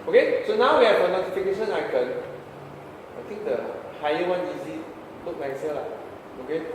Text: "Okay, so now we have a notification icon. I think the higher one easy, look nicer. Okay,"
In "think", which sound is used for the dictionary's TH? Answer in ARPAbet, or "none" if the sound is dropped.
T